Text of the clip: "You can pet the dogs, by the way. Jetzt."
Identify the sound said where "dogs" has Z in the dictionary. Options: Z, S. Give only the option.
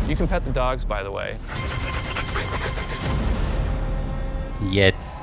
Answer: Z